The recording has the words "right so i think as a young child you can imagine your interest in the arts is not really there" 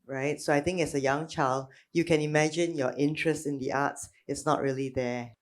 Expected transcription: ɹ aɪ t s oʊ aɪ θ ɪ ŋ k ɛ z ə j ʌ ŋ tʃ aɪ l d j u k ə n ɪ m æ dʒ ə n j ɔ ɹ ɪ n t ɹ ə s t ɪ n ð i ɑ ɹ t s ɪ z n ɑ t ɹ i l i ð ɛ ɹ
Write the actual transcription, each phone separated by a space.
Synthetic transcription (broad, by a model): ɹ aɪ t s oʊ aɪ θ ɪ ŋ k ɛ s ə j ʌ ŋ tʃ aɪ l d j u k ə n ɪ m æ dʒ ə n j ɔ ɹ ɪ n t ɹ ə s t ɪ n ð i ɑ t s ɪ s n ɑ t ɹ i l i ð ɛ